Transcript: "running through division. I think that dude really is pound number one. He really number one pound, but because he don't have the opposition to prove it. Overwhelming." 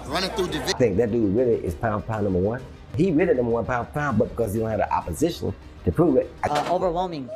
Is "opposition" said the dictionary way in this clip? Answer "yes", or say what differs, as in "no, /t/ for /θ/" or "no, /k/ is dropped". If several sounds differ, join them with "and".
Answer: yes